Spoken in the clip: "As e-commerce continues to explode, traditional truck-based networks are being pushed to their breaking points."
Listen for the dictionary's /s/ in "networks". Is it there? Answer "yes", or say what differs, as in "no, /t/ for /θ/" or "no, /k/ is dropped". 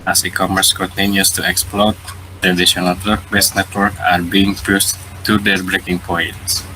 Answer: no, /s/ is dropped